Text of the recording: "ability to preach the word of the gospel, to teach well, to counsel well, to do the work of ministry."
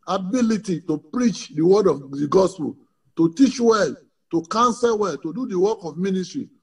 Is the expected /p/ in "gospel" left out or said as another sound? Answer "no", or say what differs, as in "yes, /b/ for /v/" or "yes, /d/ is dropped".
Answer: no